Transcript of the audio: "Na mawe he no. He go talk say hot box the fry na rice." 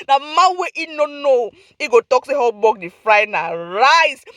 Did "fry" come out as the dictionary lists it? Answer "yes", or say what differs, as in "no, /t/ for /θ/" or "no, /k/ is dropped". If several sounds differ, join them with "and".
yes